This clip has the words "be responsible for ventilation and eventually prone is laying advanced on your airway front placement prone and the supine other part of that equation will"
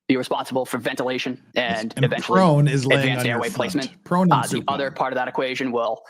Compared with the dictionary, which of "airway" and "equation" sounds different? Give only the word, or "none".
none